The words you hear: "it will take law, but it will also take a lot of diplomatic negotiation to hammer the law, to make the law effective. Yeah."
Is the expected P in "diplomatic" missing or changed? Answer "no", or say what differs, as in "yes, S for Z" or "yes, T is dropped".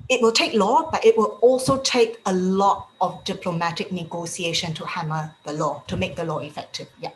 no